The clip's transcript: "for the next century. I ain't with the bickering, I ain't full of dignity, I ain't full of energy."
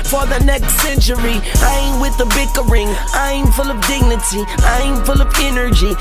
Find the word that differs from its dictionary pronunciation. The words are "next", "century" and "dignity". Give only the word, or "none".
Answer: none